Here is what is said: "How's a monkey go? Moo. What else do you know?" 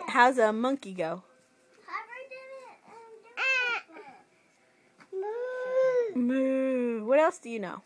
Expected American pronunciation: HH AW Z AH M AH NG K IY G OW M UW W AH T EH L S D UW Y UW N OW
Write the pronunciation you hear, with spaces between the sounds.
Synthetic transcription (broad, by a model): HH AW Z AH M AH NG K IY G OW M UW W AH T EH L S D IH Y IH N OW